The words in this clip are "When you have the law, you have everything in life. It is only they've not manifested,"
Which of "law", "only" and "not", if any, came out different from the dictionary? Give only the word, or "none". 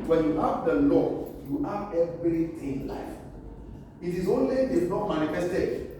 none